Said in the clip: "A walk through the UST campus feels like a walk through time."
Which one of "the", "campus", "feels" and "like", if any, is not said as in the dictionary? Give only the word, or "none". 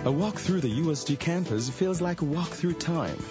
none